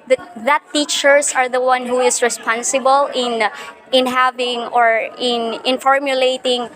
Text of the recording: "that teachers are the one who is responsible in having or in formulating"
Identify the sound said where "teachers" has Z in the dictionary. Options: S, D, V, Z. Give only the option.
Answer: S